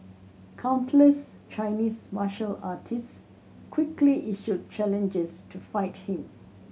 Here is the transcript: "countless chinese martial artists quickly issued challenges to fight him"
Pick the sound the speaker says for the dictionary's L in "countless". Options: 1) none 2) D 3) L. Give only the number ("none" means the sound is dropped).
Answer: 3